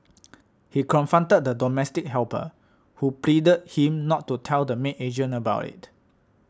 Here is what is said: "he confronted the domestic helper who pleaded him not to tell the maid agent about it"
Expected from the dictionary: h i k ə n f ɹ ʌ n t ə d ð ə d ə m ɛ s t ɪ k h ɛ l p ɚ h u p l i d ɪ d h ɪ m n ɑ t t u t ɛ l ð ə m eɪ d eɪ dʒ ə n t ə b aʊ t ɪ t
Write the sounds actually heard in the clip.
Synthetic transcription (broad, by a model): h i k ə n f ɹ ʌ n t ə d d ə d ə m ɛ s t ɪ k h ɛ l p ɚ h u p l i d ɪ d h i m n ɑ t t u t ɛ l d ə m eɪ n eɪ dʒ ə n ə b aʊ t ɪ t